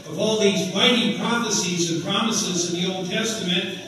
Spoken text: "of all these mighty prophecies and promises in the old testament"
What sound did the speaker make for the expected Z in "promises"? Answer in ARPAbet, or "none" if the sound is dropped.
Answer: Z